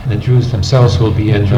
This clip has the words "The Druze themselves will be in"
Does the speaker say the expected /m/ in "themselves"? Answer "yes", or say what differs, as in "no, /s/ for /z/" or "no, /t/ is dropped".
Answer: yes